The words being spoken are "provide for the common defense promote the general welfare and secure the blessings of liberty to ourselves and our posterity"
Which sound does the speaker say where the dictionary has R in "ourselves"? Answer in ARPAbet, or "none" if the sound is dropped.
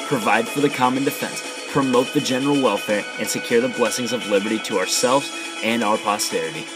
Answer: R